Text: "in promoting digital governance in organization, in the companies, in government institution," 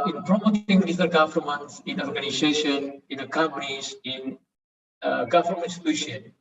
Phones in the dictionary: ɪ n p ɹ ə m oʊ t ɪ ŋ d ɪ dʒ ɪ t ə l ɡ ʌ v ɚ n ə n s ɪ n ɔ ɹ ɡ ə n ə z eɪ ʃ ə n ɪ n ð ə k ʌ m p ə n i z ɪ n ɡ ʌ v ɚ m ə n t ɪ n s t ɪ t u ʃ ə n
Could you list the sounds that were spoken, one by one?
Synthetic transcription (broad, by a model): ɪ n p ɹ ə m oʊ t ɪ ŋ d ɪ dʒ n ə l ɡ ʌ f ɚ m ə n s ɪ n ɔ ɹ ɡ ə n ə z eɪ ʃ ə n ɪ n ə k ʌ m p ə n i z ɪ n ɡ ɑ f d m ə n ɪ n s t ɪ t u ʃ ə n